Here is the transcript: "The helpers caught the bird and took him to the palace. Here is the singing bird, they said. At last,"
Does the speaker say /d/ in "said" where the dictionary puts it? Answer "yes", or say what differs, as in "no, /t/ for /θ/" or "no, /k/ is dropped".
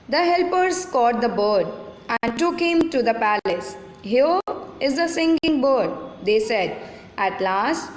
yes